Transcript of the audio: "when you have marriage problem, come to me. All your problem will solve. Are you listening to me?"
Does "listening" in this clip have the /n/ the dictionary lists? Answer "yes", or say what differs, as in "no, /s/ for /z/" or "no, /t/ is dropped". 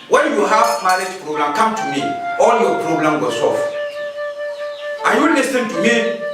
no, /n/ is dropped